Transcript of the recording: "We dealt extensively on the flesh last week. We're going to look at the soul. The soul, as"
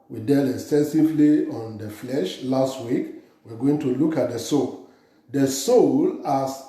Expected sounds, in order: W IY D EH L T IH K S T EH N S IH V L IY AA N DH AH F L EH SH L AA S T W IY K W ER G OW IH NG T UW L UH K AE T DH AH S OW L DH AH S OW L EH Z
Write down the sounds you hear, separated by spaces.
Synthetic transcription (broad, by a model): W IY D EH L IH K S T EH N S IH V L IY AA N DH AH F L EH SH L AA S T W IY K W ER G OW IH NG T UW L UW K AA T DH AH S OW L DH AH S OW L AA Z